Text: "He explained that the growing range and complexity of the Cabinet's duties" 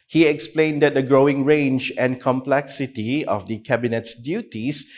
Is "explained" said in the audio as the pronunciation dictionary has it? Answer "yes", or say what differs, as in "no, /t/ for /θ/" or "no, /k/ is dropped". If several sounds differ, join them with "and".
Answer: yes